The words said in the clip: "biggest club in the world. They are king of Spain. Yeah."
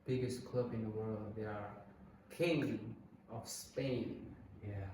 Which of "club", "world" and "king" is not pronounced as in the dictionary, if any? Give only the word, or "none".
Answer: none